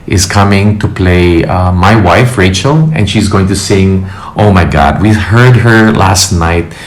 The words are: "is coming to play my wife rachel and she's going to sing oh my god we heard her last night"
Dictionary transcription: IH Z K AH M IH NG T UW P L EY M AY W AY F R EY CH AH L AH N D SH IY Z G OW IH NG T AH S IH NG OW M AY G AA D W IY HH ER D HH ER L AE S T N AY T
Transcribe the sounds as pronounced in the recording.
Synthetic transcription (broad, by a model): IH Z K AH M IH NG T UW P L EY M AY W AY F R EY CH AH L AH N SH IY Z G OW IH NG T AH S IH NG OW M AY G AA D W IY HH ER D HH ER L AE S T N AY T